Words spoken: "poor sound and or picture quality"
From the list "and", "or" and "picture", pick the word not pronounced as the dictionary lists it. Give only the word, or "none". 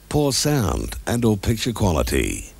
or